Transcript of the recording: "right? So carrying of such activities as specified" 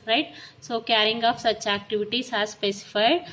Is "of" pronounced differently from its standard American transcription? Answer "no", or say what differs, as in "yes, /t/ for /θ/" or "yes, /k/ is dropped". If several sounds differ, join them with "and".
yes, /p/ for /v/